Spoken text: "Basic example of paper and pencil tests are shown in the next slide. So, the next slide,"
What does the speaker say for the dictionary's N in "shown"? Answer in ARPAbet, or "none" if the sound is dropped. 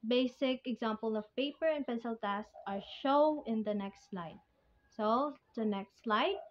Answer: none